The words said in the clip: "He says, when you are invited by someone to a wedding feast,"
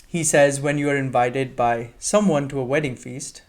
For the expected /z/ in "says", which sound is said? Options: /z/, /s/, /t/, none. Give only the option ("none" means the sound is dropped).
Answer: /z/